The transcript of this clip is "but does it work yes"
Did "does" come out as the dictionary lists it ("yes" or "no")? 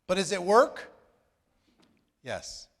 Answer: yes